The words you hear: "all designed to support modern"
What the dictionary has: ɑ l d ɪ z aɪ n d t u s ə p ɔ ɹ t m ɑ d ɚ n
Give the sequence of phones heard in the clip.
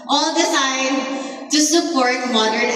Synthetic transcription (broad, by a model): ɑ l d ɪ s aɪ d t u s ə p ɔ ɹ t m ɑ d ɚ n